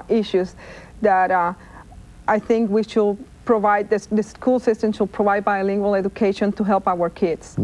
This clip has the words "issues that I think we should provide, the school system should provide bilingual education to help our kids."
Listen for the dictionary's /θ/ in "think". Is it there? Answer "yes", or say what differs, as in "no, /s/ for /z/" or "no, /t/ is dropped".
yes